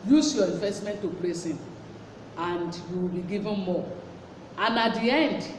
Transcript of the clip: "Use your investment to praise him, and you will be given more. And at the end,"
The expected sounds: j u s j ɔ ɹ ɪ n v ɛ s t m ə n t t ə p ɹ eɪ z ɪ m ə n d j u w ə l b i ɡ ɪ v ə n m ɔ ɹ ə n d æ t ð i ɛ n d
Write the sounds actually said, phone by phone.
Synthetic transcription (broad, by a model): j u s j ɔ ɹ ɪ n v ɛ s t m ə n t t ə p l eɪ s ɪ m ə n d j u w ə l b i ɡ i v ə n m ɔ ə n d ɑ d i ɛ n d